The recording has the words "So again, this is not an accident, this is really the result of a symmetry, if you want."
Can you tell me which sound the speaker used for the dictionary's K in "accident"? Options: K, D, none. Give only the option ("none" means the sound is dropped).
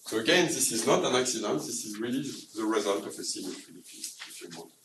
K